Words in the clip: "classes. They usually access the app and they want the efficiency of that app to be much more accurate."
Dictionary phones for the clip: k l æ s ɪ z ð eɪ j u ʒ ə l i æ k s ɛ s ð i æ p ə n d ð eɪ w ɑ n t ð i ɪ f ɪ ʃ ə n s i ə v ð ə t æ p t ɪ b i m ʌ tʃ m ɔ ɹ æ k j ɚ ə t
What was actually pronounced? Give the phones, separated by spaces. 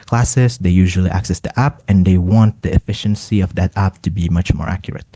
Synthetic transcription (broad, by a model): k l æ s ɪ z ð eɪ j u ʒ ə l i æ k s ɛ s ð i æ p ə n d ð eɪ w ɑ n t ð i ɪ f ɪ ʃ ə n s i ə v ð ə t æ p t ɪ b i m ʌ tʃ m ɔ ɹ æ k j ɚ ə t